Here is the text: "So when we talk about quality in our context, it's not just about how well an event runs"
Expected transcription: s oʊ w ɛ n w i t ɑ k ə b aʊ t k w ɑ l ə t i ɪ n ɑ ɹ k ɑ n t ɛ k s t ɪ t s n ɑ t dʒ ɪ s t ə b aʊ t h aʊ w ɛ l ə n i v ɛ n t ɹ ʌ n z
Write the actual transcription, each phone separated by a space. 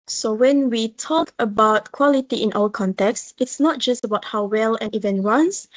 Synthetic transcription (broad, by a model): s oʊ w ɛ n w i t ɑ k ə b aʊ t k w ɑ l ə t i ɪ n ɑ l k ɑ n t ɛ k s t ɪ t s n ɑ t dʒ ɪ s t ə b aʊ t h aʊ w ɛ l ə n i v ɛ n ɹ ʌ n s